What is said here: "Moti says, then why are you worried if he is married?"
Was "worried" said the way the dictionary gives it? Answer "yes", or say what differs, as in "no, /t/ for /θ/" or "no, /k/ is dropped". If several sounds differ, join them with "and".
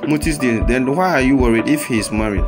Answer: yes